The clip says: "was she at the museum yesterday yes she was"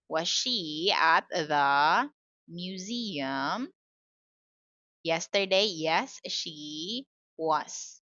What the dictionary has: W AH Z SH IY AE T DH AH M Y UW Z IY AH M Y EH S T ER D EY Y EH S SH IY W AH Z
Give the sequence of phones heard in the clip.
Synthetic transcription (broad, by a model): W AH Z SH IY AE T DH AH M Y UW Z IY AH M Y EH S T ER D EY Y EH S SH IY W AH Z